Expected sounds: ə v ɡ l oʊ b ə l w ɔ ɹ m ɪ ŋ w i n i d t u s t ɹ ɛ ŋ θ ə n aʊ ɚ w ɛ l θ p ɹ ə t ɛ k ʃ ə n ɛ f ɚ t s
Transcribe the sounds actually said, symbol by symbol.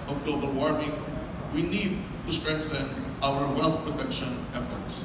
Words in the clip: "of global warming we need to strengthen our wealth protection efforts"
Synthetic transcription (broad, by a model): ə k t oʊ b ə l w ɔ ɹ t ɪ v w i n i d t u s t ɹ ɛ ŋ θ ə n aʊ ɚ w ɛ l t p ɹ ə t ɛ k ʃ ə n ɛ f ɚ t s